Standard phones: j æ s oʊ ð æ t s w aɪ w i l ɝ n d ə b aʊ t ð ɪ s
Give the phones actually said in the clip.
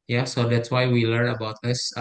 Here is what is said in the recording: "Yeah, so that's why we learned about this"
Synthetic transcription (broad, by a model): j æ s oʊ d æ t s w aɪ w i l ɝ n ə b aʊ t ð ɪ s